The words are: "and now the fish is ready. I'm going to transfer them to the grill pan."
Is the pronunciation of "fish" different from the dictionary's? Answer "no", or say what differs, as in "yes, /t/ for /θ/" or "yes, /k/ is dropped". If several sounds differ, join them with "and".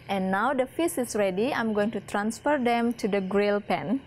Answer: yes, /s/ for /ʃ/